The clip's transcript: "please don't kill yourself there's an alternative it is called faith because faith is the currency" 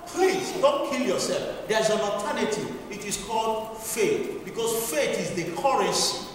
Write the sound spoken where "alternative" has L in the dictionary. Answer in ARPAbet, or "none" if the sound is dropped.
none